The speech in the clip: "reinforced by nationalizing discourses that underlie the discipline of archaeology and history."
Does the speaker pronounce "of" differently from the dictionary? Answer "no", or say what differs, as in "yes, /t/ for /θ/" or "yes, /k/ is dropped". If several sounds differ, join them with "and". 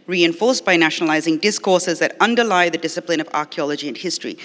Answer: no